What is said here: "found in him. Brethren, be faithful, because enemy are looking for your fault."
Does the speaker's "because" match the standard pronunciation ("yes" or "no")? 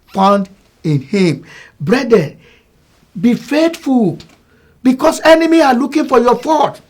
no